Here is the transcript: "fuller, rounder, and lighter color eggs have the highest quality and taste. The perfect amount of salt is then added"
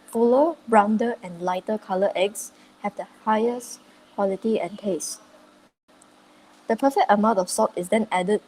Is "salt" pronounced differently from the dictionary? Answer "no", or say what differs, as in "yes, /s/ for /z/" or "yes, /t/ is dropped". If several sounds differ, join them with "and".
yes, /l/ is dropped